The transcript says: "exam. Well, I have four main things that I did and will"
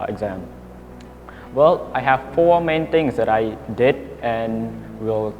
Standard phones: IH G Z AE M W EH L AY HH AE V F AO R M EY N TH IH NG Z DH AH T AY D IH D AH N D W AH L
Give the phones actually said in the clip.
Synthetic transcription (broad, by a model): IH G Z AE M W EH L AY HH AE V F AO M EY N T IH NG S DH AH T AY D IH D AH N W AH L